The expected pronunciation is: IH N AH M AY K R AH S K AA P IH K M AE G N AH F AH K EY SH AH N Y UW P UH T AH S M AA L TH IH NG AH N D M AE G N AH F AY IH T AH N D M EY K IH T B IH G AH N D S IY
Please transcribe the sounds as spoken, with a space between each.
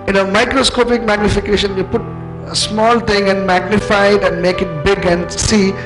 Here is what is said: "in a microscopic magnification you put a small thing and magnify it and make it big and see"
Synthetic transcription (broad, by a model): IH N AH M AY K R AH S K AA P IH K M AE G N AH F AH K EY SH AH N Y UW P UH T AH S M AA L T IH NG AH N D M AE G N AH F AY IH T AH N D M EY K IH T B IH G AH N D S IY